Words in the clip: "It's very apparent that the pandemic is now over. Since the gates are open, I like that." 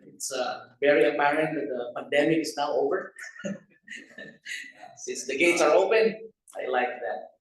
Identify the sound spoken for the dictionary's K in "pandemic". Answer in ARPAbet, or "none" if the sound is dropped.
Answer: K